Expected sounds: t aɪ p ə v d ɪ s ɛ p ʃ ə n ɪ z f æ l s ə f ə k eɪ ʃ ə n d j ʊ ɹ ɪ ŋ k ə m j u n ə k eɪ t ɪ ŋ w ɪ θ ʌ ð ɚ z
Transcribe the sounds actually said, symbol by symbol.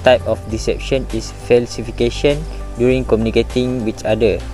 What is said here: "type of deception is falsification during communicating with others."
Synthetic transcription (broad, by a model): t aɪ p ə f d ɪ s ɛ p ʃ ə n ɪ s f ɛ l s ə f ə k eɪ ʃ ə n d j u ɹ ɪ ŋ k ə m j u n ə k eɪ t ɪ ŋ w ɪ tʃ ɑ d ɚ